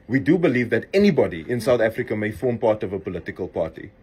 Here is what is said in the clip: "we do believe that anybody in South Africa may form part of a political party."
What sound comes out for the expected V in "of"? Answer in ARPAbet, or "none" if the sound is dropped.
V